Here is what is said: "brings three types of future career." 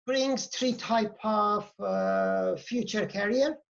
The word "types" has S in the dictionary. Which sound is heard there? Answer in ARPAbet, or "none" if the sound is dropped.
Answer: none